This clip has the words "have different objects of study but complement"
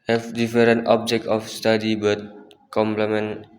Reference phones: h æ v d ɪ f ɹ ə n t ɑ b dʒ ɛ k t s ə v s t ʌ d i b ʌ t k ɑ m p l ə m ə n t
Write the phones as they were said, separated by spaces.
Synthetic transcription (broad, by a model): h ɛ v d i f ɹ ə n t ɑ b dʒ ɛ k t ə f s t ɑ d i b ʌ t k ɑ m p l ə m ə n